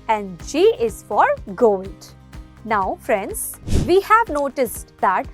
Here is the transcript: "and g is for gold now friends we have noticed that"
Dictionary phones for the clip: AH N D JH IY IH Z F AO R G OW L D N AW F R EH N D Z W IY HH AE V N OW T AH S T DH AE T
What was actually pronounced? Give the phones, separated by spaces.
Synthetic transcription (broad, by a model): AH N D SH IY IH Z F AO R G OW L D N AW F R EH N D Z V IY HH AE V N OW T AH S T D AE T